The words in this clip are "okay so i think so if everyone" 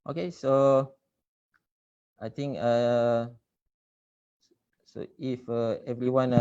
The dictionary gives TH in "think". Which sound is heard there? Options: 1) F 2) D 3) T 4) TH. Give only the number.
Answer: 3